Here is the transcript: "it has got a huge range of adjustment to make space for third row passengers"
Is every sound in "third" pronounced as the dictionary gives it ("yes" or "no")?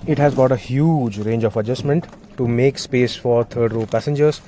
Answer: no